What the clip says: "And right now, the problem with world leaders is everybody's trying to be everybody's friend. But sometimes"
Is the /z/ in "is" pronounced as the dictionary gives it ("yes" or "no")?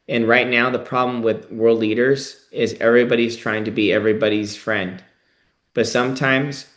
yes